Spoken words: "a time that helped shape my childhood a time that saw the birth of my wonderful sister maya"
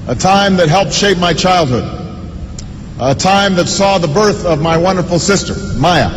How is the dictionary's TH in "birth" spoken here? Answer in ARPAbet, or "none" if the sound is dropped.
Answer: TH